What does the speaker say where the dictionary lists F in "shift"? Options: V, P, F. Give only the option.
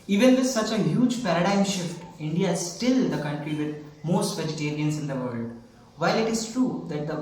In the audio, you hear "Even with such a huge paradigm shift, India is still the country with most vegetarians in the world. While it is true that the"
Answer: F